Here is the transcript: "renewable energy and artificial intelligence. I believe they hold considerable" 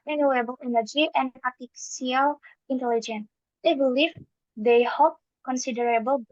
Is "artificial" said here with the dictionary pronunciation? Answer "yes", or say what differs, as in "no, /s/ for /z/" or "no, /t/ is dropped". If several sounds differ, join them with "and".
no, /ʃ/ is dropped